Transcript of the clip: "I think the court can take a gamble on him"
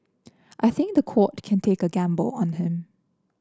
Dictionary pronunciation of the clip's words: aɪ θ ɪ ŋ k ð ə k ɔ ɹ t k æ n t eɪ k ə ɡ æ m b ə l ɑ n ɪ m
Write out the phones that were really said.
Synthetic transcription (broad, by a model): aɪ θ ɪ ŋ k ð ə k ɔ t k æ n t eɪ k ə ɡ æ m b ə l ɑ n ɪ m